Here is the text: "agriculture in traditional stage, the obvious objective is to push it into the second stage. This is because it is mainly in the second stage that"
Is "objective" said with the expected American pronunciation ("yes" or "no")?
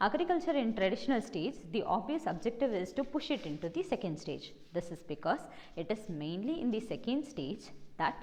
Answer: yes